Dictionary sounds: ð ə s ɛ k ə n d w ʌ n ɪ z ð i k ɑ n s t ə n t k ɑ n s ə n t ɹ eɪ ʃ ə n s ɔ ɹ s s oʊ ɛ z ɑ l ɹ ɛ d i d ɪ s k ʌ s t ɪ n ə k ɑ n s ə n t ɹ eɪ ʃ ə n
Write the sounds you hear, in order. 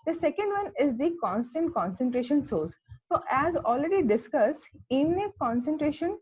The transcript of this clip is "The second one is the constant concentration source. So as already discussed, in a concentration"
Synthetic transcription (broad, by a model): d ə s ɛ k ə n d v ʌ n ɪ z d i k ɑ n s t ə n t k ɑ n s ə n t ɹ eɪ ʃ ə n s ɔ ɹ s s oʊ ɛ z ɑ l ɹ ɛ d i d ɪ s k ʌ s ɪ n ə k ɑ n s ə n t ɹ eɪ ʃ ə n